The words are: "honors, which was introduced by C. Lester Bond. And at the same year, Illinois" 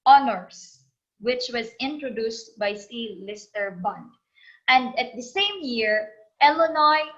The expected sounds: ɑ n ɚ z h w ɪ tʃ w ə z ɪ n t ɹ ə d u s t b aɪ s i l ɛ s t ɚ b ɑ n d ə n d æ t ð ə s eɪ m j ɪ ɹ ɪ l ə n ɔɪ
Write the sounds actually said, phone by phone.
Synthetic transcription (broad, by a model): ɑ n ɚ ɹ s w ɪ tʃ w ə z ɪ n t ɹ ə d u s t b aɪ s i l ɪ s t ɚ b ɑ n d ə n d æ t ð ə s eɪ m j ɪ ɹ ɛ l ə n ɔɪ